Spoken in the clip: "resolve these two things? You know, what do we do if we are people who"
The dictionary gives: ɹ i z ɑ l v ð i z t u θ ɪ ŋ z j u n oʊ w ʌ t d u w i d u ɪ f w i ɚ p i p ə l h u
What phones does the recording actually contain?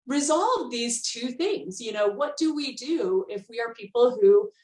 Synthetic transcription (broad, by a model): ɹ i z ɑ l v ð i z t u θ ɪ ŋ z j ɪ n oʊ w ʌ t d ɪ w i d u ɪ f w i ɚ p i p l h u